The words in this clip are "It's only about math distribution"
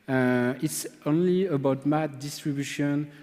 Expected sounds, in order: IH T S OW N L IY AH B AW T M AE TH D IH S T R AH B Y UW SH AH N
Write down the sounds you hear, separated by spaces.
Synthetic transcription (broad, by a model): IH T S OW N L IY AH B AW T M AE T D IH S T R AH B Y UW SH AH N